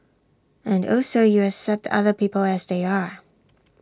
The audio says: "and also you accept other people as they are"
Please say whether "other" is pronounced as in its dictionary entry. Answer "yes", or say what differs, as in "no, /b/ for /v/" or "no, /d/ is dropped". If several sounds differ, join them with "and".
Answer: yes